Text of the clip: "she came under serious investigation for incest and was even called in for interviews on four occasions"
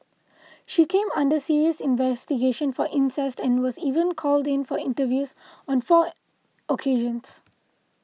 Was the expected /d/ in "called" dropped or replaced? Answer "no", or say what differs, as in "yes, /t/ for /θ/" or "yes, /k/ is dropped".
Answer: no